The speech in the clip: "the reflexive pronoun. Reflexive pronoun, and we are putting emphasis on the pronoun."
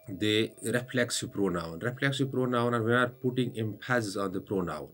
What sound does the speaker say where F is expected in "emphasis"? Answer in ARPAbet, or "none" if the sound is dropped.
P